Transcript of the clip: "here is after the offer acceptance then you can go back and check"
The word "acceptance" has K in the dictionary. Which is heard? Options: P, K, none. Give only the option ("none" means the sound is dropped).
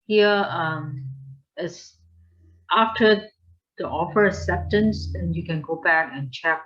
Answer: none